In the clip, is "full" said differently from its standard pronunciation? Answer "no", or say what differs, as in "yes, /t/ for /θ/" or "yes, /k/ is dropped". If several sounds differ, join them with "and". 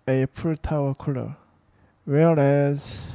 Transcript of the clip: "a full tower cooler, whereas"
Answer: yes, /p/ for /f/